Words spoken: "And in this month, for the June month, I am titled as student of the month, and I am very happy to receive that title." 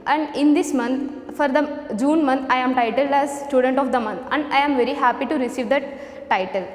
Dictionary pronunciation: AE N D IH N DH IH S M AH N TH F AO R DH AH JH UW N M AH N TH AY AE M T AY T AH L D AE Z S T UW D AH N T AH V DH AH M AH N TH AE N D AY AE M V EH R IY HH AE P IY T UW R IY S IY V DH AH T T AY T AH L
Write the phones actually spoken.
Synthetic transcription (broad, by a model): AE N D IH N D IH S M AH N T F AO R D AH JH UW N M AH N T AY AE M T AY T AH L D AE Z S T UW D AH N T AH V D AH M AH N T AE N D AY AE M V EH R IY HH AE P IY T UW R IY S IY V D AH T T AY T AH L